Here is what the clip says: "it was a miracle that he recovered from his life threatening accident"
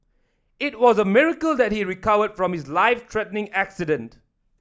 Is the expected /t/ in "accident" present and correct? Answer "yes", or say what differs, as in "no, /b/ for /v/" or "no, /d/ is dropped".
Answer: yes